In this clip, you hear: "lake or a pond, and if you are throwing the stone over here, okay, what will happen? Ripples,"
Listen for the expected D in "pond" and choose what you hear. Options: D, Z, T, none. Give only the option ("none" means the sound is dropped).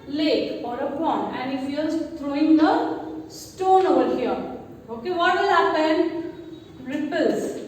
none